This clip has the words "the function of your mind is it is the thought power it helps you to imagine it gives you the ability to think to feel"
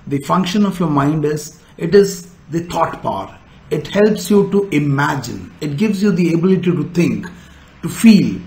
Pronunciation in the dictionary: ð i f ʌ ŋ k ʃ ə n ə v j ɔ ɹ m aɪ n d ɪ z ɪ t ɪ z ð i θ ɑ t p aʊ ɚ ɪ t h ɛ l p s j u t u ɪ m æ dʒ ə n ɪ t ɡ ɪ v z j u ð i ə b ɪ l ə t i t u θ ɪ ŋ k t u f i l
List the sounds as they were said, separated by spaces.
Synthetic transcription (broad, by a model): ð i f ʌ ŋ k ʃ ə n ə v j ɔ ɹ m aɪ n d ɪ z ɪ t ɪ z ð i t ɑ t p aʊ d ɪ t h ɛ l p s j u t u ɪ m æ dʒ ə n ɪ t ɡ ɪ v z j u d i ə b ɪ l ə t i t u t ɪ ŋ k t u f i l